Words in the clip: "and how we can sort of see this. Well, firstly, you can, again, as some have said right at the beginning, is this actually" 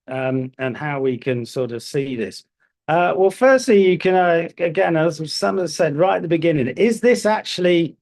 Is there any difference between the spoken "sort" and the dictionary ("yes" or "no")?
no